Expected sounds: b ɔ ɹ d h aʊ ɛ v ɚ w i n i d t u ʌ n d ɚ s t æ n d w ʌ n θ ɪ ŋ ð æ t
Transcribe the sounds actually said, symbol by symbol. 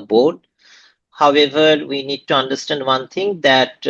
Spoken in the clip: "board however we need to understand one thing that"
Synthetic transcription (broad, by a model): b ɔ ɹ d h aʊ ɛ v ɚ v i n i d t u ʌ n d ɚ s t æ n d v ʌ n t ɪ ŋ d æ t